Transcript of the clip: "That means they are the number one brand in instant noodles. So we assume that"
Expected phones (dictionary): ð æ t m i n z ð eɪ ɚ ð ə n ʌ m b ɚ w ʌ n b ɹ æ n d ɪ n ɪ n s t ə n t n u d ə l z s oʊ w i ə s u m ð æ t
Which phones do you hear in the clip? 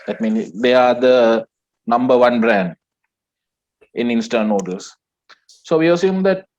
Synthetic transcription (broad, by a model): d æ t m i n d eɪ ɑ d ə n ʌ m b ɚ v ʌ n b ɹ æ n d ɪ n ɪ n s t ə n n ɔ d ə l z s oʊ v i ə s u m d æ t